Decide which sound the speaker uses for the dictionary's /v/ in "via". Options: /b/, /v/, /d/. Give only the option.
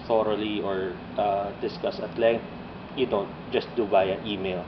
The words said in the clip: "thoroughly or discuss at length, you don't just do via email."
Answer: /b/